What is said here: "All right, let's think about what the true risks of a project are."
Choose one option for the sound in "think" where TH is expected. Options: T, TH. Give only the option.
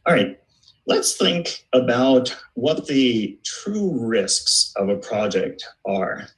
TH